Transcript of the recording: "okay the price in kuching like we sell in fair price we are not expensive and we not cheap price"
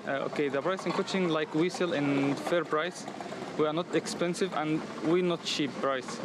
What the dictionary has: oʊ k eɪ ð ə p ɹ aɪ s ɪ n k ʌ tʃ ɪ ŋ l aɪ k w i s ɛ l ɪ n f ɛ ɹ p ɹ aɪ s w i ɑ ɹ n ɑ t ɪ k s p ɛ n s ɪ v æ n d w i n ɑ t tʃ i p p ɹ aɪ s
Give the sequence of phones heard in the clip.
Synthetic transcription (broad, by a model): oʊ k eɪ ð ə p ɹ aɪ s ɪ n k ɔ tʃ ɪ ŋ l aɪ k w i s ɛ l ɪ n f ɛ ɹ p ɹ aɪ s w i ɑ ɹ n ɑ t ɪ k s p ɛ n s ɪ v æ n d w i n ɑ t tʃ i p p ɹ aɪ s